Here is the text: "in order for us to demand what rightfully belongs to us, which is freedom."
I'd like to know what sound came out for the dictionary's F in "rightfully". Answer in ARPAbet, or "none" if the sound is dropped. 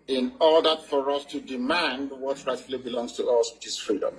none